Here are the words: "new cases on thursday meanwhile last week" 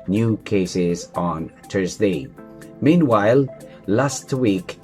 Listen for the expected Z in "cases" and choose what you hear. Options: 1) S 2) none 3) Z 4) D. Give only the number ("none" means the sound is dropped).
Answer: 3